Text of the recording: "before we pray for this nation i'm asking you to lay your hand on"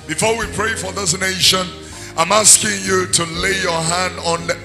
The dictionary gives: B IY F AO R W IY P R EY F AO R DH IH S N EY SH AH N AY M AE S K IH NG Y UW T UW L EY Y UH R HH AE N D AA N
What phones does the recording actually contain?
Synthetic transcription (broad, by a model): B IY F AO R W IY P R EY F AO R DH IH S N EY SH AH N AY M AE S K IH NG Y UW T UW L EY Y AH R HH AE N D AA N